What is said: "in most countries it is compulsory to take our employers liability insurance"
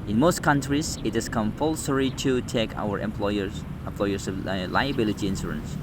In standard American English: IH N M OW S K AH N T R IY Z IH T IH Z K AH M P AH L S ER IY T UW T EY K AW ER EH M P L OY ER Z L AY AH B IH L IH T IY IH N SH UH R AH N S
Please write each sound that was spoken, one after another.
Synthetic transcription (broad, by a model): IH N M OW S K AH N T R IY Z IH T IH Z K AH M P AH L S ER IY T UW T EY K AW ER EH M P L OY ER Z L AY AH B IH L IH T IY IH N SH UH R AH N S